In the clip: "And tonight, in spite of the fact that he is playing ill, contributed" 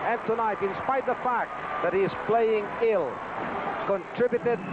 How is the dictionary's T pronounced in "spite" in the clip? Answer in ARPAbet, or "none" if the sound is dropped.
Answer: none